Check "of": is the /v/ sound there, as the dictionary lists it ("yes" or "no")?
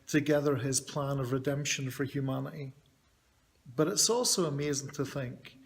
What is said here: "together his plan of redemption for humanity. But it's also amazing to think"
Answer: yes